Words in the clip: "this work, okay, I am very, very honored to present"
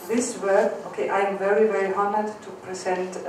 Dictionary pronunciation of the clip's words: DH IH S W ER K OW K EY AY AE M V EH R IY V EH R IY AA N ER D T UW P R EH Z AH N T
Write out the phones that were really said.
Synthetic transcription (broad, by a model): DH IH S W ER OW K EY AY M V EH R IY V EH R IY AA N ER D T UW P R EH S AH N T